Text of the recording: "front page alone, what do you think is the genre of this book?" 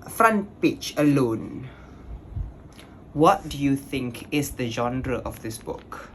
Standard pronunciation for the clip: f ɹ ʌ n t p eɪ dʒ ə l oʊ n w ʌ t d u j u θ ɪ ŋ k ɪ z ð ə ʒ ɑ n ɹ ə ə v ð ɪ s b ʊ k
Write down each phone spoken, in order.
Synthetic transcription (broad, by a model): f ɹ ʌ n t p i tʃ ə l oʊ n w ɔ t d u j u θ ɪ ŋ k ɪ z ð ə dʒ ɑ n ɹ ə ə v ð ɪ s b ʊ k